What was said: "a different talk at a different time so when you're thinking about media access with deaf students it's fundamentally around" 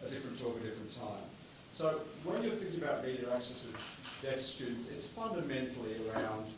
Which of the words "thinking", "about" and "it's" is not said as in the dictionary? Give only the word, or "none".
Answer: none